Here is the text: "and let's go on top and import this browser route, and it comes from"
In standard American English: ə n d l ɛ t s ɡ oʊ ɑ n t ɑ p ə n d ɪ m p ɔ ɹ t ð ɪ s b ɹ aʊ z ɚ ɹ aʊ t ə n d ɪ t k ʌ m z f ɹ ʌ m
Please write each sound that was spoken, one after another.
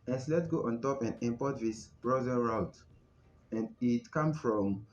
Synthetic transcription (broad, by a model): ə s l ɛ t ɡ oʊ ɑ n t ɑ p ə n d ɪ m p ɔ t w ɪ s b ɹ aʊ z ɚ ɹ aʊ t ə n d ɪ t k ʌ m f ɹ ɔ m